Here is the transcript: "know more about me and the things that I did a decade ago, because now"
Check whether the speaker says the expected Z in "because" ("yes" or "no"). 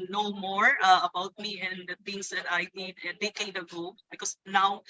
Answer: no